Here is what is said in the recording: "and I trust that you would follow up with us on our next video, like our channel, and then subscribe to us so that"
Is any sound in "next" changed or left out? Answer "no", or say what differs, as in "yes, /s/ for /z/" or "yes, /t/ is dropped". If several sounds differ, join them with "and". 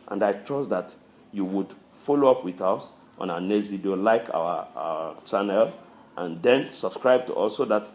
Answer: yes, /k/ is dropped